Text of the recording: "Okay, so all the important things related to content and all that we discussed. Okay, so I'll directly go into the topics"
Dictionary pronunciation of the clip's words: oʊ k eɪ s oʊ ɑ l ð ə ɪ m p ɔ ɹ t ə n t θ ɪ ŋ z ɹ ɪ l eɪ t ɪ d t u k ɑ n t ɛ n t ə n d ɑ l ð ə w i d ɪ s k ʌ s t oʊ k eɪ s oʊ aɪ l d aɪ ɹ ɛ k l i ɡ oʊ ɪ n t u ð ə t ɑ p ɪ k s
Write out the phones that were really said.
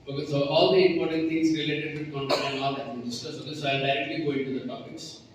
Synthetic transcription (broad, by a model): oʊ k s oʊ ɑ l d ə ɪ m p ɔ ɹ t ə n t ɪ ŋ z ɹ ɪ l eɪ t ɪ d t u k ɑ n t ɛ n ə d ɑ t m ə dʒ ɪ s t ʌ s oʊ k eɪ s oʊ aɪ l d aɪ ɹ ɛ k l i ɡ oʊ ɪ n t u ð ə t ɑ p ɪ k s